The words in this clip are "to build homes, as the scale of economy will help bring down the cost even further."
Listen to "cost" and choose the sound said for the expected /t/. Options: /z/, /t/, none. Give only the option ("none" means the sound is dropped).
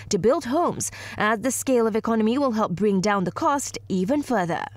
/t/